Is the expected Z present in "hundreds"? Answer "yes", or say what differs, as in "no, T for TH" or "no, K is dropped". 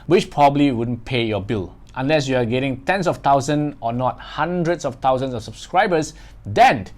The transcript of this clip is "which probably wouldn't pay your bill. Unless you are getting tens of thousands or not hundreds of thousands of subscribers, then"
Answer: no, S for Z